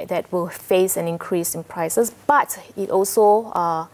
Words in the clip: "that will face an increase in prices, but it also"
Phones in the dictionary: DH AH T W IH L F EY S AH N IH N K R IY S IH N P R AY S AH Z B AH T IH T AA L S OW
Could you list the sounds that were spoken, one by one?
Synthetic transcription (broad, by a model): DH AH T W IH L F EY S AH N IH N K R IY S IH N P R AY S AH S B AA T IH T AA L S OW